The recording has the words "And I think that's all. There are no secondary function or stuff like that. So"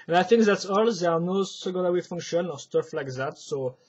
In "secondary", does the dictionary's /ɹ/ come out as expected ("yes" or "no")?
no